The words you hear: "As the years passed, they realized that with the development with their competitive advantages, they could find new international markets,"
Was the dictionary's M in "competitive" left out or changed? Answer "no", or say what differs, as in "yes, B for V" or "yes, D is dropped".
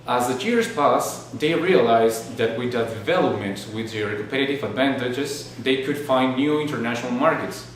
yes, M is dropped